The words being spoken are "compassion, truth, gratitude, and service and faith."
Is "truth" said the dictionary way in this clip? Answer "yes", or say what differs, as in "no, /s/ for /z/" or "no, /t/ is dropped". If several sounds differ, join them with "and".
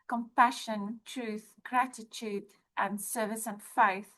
yes